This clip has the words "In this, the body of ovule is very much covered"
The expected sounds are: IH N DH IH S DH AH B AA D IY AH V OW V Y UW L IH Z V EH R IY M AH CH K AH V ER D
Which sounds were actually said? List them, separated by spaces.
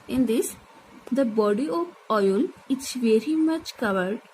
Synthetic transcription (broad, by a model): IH N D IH S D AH B AA D IY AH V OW Y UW L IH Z V EH R IY M AH CH K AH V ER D